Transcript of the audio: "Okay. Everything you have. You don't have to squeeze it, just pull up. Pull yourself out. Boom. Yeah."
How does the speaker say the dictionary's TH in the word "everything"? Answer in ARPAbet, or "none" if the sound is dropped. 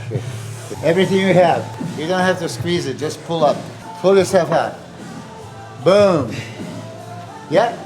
TH